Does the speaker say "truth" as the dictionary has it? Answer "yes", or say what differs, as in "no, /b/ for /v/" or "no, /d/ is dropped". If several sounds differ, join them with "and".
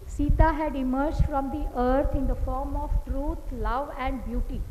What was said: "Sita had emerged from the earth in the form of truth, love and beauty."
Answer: no, /t/ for /θ/